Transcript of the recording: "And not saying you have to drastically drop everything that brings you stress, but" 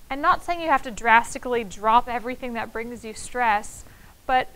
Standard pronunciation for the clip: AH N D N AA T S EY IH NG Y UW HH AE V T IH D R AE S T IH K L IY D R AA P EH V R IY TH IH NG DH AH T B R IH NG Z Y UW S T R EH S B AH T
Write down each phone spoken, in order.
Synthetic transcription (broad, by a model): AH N N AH T S EY IH NG Y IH HH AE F T IH D R AE S T IH K L IY D R AA P EH V R IY TH IH NG DH AH T B R IH NG Z Y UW S T R EH S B AH T